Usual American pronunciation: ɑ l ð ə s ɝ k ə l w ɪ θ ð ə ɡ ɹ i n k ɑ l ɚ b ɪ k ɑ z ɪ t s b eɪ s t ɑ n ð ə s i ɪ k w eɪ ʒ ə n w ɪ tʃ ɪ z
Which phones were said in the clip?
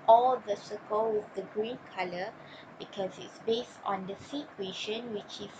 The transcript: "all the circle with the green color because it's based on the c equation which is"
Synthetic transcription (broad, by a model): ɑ l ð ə s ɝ k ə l w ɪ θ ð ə ɡ ɹ i n k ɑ l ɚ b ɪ k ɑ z ɪ t s b eɪ s t ɑ n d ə s i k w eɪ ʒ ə n w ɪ tʃ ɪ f